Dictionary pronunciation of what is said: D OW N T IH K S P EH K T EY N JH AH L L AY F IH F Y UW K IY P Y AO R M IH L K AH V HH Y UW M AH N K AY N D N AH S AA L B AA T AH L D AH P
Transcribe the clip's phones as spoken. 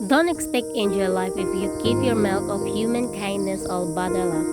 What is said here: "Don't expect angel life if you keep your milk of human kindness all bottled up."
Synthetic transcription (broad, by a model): D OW N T IH K S P EH K T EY N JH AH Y L AY F IH F Y UW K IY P Y AO R M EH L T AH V HH Y UW M AH N K AY N D N AH S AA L B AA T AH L AH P